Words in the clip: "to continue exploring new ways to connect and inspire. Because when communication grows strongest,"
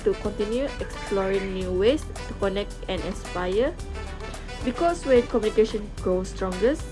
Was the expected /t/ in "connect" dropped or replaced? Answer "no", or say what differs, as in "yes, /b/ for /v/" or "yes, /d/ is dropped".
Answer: no